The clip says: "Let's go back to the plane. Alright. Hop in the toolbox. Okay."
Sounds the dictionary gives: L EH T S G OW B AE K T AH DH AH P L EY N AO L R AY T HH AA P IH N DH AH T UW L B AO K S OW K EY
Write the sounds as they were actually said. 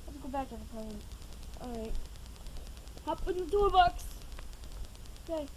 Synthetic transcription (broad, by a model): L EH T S G OW B AE K T AH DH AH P AO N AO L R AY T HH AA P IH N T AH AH B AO K S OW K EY